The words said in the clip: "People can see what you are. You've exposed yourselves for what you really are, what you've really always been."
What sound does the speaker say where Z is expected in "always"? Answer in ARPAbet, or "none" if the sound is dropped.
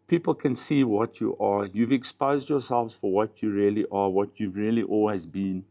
Z